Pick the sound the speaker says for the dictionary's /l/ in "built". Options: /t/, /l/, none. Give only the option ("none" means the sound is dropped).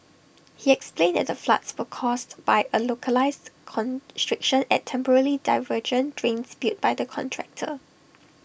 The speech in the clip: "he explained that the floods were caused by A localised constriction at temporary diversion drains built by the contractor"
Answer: none